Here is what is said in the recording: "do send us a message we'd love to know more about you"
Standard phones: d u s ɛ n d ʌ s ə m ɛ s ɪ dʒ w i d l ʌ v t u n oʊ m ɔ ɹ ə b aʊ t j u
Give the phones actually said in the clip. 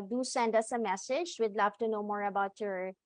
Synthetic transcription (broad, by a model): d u s ɛ n d ʌ s ə m ɛ s ɪ dʒ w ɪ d l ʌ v t u n oʊ m ɔ ɹ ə b aʊ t j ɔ